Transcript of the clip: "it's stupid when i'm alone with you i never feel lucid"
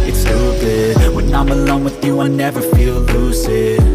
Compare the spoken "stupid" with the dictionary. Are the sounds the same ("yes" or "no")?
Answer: no